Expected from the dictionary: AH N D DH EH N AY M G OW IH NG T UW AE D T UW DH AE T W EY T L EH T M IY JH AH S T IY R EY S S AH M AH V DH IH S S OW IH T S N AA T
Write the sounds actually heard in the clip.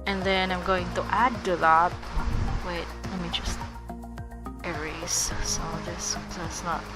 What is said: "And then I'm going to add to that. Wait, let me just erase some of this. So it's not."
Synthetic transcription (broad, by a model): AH N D DH EH N AY M G OW IH NG T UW AE D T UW DH AE T W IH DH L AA M IY JH AH S T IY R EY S S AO AH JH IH S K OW IH T S N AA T